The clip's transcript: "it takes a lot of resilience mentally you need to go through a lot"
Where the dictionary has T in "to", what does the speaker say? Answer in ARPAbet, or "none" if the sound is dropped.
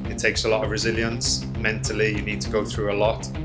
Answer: T